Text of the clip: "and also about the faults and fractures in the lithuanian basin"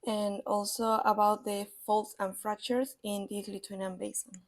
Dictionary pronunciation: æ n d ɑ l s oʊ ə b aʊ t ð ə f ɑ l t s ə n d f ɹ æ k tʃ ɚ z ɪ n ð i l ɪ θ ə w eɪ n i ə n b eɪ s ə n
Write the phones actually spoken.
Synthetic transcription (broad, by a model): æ n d ɑ l s oʊ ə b aʊ t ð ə f ɑ l t s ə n f ɹ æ k tʃ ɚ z ɪ n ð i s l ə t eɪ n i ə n b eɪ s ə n